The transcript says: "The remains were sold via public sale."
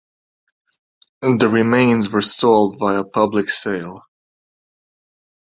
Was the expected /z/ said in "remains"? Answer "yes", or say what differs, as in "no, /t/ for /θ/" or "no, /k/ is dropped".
yes